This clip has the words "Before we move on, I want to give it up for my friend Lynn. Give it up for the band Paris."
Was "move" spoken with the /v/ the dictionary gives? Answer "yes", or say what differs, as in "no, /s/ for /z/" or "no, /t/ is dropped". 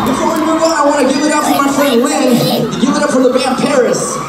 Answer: no, /v/ is dropped